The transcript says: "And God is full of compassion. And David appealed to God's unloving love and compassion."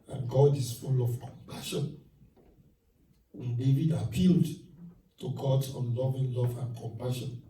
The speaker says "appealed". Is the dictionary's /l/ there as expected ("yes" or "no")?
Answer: yes